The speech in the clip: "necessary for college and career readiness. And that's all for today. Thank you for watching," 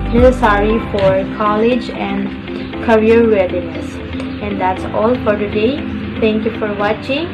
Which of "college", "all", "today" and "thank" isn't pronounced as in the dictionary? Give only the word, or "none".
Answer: thank